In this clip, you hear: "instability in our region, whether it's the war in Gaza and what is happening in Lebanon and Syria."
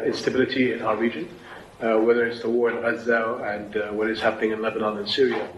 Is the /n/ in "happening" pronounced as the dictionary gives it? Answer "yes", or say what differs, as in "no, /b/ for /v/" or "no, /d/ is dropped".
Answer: yes